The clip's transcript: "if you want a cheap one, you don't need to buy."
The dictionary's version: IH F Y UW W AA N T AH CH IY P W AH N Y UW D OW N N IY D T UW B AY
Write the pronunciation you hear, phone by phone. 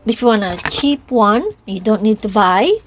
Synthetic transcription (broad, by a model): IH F Y UW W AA N AH CH IY P W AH N Y UW D OW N N IY D T UW B AY